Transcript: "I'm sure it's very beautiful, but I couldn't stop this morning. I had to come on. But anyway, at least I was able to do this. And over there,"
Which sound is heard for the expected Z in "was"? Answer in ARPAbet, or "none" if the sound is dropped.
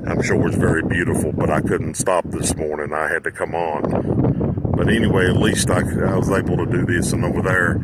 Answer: Z